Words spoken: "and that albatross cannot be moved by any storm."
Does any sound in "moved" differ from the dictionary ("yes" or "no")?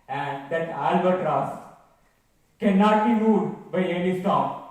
yes